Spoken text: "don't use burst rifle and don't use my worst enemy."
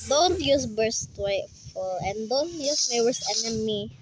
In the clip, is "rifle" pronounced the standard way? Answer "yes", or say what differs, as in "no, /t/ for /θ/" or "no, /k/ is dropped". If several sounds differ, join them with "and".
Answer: no, /w/ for /ɹ/